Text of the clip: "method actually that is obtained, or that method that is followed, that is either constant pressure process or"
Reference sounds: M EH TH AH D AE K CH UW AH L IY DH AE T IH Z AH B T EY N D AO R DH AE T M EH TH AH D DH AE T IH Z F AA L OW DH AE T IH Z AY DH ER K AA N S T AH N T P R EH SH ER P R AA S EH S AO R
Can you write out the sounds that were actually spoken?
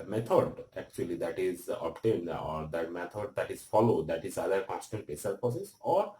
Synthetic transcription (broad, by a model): M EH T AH D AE K CH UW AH L IY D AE T IH Z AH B T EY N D AO R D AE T M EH T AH D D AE T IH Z F AA L OW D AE T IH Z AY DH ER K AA S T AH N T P EH S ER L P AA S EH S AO R